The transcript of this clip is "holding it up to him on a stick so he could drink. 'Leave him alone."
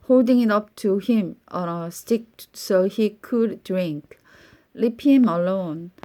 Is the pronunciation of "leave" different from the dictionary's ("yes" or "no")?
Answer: yes